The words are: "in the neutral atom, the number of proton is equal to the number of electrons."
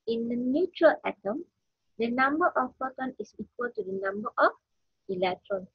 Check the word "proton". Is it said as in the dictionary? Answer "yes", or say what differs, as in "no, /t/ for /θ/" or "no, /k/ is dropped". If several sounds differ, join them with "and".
no, /ɹ/ is dropped